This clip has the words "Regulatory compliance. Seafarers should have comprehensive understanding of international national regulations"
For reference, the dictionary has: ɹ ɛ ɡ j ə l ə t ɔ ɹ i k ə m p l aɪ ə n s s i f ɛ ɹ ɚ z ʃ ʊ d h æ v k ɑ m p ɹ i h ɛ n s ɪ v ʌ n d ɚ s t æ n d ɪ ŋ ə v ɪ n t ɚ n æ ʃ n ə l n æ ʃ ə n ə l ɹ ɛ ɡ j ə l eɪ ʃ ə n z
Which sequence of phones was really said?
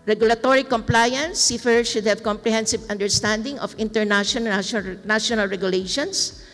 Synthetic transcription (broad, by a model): ɹ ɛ ɡ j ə l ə t ɔ ɹ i k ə m p l aɪ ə n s s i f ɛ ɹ ʃ ʊ d h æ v k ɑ m p ɹ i h ɛ n s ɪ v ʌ n d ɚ s t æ n d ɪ ŋ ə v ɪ n t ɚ n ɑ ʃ ə n n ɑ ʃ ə n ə l ɹ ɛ ɡ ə l eɪ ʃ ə n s